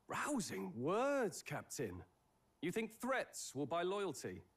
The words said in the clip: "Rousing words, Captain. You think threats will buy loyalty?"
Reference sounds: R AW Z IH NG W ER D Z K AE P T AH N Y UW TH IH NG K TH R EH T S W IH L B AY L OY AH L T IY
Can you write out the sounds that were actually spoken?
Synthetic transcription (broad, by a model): R AW Z IH NG W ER D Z K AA P T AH N Y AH TH IH NG K TH R EH T S W IH L B AY L OY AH L T IY